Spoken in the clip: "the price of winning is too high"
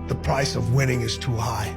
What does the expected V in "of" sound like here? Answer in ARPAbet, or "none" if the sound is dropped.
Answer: V